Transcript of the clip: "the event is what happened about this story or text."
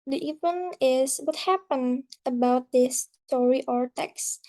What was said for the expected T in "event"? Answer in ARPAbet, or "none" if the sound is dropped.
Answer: none